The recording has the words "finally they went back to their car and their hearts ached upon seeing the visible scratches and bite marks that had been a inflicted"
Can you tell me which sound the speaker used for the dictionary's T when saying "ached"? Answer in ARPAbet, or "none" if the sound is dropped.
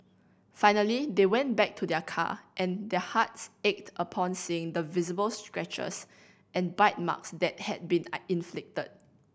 T